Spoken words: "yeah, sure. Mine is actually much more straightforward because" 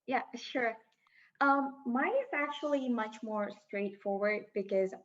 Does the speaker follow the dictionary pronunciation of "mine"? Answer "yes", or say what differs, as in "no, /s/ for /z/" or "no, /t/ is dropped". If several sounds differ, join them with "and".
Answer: no, /n/ is dropped